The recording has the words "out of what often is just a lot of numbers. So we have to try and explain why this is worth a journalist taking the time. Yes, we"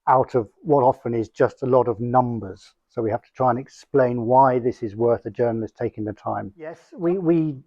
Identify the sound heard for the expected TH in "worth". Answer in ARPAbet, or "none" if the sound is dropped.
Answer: TH